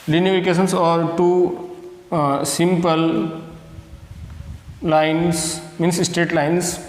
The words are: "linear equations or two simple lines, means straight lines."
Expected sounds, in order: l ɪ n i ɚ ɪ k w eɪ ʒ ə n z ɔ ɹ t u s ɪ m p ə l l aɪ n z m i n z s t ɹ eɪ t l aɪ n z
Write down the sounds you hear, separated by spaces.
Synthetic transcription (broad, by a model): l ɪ n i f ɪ k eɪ ʃ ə n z ɔ ɹ t u s ɪ m p ə l l aɪ n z m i n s s t eɪ t l aɪ n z